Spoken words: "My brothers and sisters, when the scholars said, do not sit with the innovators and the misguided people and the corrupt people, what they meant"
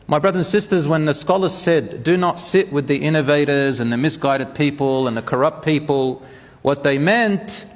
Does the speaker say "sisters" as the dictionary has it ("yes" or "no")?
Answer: yes